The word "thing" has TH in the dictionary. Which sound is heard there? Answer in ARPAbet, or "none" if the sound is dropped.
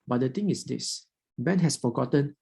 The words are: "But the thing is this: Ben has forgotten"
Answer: T